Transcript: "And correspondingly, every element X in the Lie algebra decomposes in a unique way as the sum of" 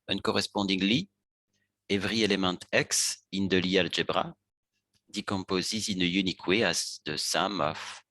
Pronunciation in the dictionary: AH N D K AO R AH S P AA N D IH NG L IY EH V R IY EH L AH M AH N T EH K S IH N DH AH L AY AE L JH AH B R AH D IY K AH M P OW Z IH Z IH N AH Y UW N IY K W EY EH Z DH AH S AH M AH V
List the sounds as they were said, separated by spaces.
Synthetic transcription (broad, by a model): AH N K AO R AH S P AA D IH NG L IY EH V R IY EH L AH M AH T EH K S IH N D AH L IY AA L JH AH B R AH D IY K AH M P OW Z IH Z IH N AH Y UW N IY K W EY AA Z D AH S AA M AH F